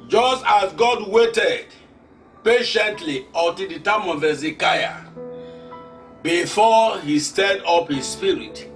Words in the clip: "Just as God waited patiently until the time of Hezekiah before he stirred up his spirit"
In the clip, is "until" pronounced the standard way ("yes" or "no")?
no